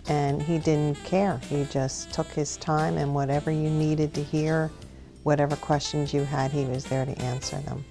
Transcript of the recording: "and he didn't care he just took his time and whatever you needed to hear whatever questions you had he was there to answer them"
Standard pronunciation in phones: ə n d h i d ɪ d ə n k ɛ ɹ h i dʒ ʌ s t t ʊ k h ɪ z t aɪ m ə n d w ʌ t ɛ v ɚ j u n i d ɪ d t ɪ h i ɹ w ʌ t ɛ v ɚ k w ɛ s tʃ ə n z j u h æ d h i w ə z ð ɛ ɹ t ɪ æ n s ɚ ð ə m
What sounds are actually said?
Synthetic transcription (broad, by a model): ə n i d ɪ d n k ɛ ɹ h i dʒ ʌ s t t ʊ k h ɪ z t aɪ m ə n w ʌ t ɛ v ɚ j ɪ n i d ɪ d t ɪ h i ɹ w ʌ t ɛ v ɚ k w ɛ s tʃ ə n z j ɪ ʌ d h i w ə z ð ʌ ɹ t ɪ æ n s ɚ ð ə m